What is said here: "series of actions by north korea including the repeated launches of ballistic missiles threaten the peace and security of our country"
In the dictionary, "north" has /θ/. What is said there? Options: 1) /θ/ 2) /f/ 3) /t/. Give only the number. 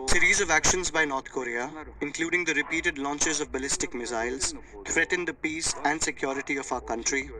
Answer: 3